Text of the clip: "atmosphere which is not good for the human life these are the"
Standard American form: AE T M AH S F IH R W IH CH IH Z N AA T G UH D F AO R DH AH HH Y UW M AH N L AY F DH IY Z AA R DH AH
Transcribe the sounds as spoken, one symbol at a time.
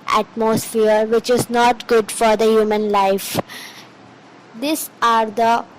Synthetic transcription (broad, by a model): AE T M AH S F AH R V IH CH IH Z N AA T G UH D F AO R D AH HH Y UW M AH N L AY F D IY S AA R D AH